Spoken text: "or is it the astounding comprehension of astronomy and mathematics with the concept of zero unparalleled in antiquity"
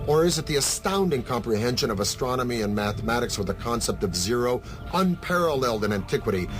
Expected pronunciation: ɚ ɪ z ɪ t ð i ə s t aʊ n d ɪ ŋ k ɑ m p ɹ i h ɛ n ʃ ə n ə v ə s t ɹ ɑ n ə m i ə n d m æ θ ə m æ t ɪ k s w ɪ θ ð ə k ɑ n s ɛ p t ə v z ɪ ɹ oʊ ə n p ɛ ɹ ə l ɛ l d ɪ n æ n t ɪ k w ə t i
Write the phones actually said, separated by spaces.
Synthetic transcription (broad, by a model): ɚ ɪ z ɪ t ð i ə s t aʊ n d ɪ ŋ k ɑ m p ɹ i h ɛ n ʃ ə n ə v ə s t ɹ ɑ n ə m i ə n m æ θ ə m æ t ɪ k s w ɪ ð ə k ɑ n s ɛ p t ə v z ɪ ɹ oʊ ə n p ɛ ɹ ə l ɛ l d ɪ n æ n t ɪ k w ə t i